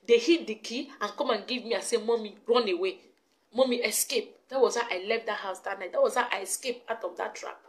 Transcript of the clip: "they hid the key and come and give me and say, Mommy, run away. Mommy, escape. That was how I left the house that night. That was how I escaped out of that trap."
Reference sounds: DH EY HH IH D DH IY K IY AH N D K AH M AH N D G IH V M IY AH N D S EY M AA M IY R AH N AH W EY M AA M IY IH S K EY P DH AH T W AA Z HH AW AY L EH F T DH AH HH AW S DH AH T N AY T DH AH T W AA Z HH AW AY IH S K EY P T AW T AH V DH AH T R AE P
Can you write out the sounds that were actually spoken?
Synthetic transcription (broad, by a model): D EY HH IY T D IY K IY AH N K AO M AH N G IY V M IY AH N S EY M AA M IY R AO N AH W EY M AA M IY IH S K EY P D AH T W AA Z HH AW AY L EH F T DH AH HH AW S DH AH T N AY T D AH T W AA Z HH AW AY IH S K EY P AW T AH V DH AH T R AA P